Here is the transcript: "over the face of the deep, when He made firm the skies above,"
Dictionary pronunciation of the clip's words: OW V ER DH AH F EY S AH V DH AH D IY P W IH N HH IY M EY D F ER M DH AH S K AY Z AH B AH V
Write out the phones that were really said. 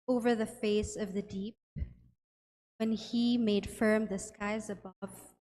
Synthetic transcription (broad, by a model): OW V ER DH AH F EY S AH V DH AH D IY P W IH N HH IY M EY D F ER M DH AH S K AY Z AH B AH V